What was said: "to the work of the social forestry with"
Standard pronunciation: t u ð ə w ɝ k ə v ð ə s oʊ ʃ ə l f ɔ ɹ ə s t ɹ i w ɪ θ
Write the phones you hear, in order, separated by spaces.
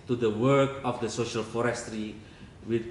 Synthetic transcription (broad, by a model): t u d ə w ɝ k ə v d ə s oʊ ʃ ə l f ɔ ɹ ə s t ɹ i w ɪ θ